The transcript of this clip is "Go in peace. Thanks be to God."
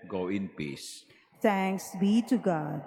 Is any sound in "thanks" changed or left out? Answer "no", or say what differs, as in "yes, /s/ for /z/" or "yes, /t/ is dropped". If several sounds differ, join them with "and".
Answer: yes, /t/ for /θ/